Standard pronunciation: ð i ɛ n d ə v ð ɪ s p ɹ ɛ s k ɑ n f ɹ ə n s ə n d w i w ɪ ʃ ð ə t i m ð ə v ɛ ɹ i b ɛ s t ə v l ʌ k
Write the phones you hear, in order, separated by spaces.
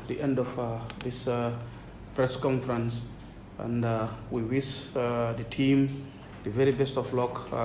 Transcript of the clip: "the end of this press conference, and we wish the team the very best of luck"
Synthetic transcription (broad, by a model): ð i ɛ n d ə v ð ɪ s p ɹ ɛ s k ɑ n f ɹ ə n s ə n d w i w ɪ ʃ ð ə t i m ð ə v ɛ ɹ i b ɛ s t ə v l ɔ k